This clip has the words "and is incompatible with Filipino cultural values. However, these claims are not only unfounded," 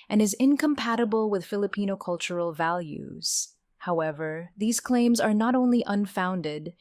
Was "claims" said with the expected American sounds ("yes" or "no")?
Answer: yes